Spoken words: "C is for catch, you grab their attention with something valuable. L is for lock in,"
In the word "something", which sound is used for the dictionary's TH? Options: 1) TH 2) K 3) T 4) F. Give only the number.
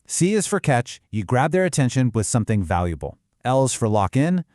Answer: 1